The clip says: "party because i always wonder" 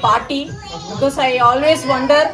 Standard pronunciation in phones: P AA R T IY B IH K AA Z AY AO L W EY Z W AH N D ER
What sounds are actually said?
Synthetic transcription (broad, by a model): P AA R T IY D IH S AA IY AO L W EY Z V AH N D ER